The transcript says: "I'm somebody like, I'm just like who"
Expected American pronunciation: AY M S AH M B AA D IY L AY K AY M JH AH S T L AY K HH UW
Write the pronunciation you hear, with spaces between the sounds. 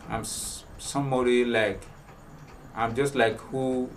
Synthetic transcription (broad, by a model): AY M S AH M AA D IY L AY K AY M JH AH S T L AY K HH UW